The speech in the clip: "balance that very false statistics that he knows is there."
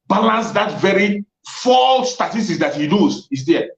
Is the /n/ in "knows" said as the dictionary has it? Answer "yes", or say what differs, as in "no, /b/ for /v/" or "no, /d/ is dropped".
no, /l/ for /n/